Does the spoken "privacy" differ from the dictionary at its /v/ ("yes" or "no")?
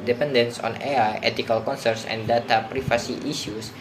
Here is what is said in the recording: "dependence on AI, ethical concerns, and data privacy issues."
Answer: yes